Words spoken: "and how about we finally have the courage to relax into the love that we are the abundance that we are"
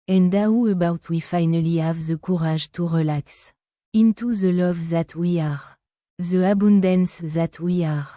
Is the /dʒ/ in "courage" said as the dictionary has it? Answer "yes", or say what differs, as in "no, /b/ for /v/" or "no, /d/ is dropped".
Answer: no, /ʒ/ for /dʒ/